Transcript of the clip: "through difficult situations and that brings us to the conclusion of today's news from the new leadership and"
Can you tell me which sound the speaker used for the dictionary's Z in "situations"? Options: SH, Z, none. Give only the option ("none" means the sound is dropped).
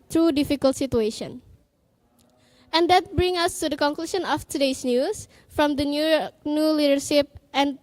none